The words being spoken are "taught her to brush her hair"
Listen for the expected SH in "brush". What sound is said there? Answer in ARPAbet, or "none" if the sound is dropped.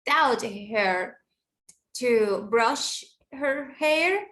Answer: SH